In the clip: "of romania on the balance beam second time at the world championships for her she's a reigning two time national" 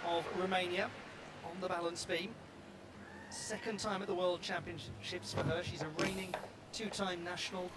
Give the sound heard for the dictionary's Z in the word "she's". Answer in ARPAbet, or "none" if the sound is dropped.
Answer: Z